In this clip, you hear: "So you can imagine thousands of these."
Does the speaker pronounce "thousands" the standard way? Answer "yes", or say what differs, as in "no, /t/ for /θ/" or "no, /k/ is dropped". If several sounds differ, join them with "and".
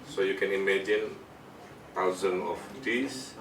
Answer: no, /t/ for /θ/ and /z/ is dropped